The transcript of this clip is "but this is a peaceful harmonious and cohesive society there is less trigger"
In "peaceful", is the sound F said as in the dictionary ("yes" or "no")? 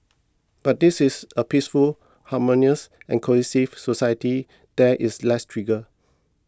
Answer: yes